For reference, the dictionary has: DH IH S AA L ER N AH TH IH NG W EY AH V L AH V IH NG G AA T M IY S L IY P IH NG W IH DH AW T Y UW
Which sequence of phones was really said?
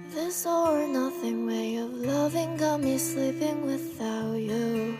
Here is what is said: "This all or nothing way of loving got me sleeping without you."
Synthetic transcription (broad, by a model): DH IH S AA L ER N AH TH IH NG W EY AH V L AH V IH NG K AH M IY S L IY P IH NG W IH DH AW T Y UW